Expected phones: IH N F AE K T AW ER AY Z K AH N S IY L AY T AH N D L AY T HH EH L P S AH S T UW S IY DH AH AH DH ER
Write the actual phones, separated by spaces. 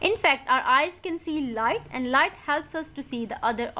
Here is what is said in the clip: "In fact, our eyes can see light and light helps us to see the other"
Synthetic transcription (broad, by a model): IH N F AE K T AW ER AY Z K AH N S IY L AY T AH N D L AY T HH EH L P S AH S T UW S IY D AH AH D ER